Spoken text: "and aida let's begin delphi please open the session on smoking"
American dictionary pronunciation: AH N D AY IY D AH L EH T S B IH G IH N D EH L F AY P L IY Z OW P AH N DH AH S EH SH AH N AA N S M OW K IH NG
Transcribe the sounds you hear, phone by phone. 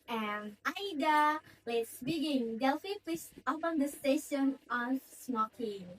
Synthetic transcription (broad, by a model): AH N AY D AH L EH T S B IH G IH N D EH L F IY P IY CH OW P AH N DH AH S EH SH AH N AA N S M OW K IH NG